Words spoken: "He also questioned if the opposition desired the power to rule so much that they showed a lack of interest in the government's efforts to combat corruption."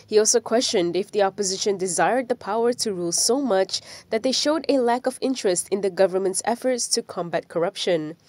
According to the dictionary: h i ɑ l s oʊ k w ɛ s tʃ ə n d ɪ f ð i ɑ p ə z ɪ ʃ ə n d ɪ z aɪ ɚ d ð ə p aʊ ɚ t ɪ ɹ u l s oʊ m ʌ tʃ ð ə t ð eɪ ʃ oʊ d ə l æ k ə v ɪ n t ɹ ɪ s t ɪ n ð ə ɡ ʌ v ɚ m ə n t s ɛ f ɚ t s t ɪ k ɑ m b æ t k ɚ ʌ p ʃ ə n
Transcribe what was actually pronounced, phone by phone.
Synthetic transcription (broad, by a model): h i ɑ l s oʊ k w ɛ s tʃ ə n d ɪ f ð i ɑ p ə z ɪ ʃ ə n d ɪ z aɪ ɚ d ð ə p aʊ ɚ t ɪ ɹ u l s oʊ m ʌ tʃ ð ə t ð eɪ ʃ oʊ d ə l æ k ə v ɪ n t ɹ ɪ s t ɪ n ð ə ɡ ʌ v ɚ m ə n t s ɛ f ɚ t s t ɪ k ɑ m b æ t k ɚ ʌ p ʃ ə n